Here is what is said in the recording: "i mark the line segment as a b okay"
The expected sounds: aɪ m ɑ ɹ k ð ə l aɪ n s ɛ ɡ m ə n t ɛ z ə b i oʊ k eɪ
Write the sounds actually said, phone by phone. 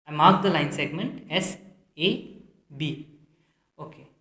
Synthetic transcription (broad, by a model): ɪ m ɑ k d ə l aɪ n s ɛ ɡ m ə n t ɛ s ə b i oʊ k eɪ